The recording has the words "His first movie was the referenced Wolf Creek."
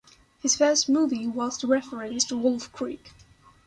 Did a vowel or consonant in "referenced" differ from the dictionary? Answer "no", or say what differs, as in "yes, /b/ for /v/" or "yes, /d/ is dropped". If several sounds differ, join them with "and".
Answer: yes, /n/ is dropped